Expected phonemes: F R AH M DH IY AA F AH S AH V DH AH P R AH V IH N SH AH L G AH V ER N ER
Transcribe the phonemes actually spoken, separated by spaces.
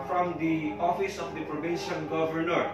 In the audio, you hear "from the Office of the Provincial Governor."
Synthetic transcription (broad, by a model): F R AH M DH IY AA F AH S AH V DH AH P R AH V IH N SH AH N G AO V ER N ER